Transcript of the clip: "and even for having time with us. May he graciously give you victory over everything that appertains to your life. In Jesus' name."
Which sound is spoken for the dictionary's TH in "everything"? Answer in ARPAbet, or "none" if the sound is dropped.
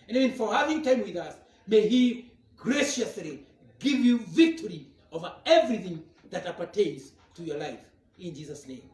TH